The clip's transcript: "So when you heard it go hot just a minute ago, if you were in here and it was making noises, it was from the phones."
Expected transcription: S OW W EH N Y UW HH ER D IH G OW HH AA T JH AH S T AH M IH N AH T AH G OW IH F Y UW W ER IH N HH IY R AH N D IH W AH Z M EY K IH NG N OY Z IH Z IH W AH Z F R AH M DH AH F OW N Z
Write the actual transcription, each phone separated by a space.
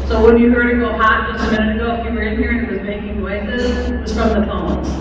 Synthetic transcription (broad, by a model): S OW W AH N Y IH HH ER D IH G OW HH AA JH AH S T AH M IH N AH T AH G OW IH P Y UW W ER IH N HH IY R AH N IH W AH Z M EY K IH NG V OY S IH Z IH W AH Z F R AH M DH AH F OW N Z